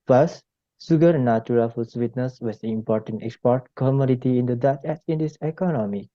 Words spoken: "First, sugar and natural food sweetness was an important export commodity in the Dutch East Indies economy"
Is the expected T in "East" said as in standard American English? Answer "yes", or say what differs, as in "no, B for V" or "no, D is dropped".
no, T is dropped